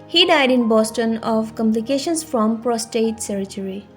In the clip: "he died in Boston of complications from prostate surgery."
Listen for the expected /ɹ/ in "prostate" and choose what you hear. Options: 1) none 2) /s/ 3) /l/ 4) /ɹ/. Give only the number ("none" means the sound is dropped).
4